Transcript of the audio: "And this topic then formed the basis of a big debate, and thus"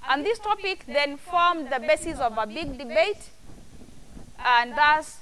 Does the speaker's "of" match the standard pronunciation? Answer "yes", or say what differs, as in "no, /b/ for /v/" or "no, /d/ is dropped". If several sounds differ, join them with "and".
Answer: yes